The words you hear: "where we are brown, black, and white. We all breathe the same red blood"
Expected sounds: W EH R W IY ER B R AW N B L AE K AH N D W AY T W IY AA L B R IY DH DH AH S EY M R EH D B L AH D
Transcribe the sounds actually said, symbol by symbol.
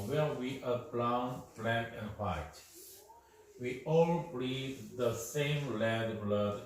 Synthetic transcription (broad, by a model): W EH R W IY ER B L AW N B L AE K AH N D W AY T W IY AA L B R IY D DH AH S EY M L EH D B L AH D